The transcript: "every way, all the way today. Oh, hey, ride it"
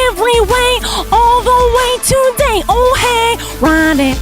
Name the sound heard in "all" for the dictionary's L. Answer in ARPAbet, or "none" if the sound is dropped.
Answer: L